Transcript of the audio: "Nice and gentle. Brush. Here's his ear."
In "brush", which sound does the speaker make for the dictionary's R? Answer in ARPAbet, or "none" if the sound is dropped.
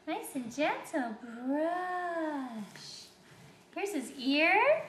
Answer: R